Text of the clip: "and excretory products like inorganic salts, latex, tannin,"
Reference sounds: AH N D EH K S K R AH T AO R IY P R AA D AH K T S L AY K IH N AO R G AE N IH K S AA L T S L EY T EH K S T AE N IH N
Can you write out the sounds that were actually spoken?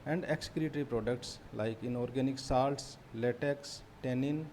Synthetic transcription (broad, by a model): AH N D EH K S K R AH T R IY P R AA D AH K T S L AY K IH N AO R G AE N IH K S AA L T S L EY T EH K S T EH N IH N